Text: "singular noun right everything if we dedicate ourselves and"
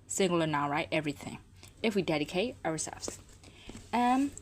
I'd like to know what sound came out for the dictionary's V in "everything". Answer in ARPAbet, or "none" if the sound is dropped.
V